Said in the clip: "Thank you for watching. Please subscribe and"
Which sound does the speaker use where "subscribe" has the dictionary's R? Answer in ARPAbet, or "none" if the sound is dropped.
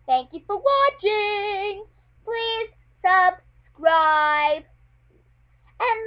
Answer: R